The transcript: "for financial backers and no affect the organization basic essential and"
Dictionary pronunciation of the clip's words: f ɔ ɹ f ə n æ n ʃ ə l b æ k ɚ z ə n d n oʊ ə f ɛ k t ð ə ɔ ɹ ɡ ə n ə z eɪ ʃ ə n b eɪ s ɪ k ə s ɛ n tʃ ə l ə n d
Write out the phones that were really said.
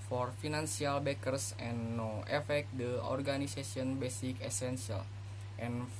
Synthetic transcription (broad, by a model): f ɔ ɹ f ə n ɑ n s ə l b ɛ k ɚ s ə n n oʊ ə f ɛ k t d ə ɔ ɹ ɡ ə n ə s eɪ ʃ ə n b eɪ s ɪ k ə s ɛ n s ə l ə n